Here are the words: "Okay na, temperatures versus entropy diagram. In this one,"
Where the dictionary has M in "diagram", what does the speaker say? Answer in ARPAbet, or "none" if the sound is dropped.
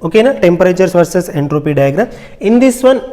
none